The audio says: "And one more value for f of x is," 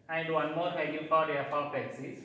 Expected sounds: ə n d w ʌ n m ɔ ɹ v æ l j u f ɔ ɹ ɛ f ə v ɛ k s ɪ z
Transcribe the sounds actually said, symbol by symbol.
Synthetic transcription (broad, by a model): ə n d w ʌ n m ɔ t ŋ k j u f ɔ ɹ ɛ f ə p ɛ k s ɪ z